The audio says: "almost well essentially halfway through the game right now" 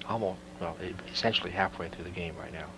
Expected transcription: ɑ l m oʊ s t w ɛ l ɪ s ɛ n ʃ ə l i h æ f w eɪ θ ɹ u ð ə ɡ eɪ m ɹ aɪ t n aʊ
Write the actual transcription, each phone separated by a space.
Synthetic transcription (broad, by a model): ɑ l m oʊ s t w ɛ l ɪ s ɛ n ʃ l i h æ f w eɪ θ ɹ u ð ə ɡ eɪ m ɹ aɪ t n aʊ